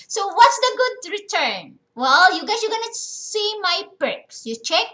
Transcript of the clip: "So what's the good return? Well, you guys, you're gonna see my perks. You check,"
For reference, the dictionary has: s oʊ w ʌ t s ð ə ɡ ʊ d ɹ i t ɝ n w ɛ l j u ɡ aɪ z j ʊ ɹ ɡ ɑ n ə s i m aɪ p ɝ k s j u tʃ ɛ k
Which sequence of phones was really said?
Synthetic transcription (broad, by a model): s oʊ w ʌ t s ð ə ɡ ʊ d ɹ i t ɝ n w ɛ l j u ɡ aɪ s j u ɡ ɑ n ə s i m aɪ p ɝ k s j u tʃ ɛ k